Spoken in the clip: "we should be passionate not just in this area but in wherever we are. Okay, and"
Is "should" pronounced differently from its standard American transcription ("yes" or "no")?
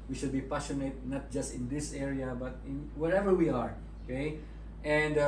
no